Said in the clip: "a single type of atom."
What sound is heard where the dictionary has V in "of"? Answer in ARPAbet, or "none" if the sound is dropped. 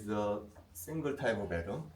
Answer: B